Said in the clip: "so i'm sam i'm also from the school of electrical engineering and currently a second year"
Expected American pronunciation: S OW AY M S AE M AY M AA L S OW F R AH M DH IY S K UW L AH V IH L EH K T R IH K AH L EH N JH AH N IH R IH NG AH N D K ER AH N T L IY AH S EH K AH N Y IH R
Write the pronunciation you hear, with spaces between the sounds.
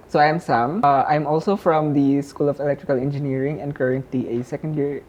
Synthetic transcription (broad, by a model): S OW AY M S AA M AY M AA L S OW F R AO M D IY S K UW L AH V IH L EH K T R IH K AH L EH N JH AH N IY R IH NG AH N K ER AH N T IY AH S EH K AH N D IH R